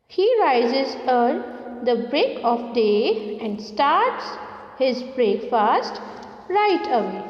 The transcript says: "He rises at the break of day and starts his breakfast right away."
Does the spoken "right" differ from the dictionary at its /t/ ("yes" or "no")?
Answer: no